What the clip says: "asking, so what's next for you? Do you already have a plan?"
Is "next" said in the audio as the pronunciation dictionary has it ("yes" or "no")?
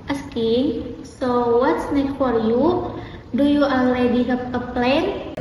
no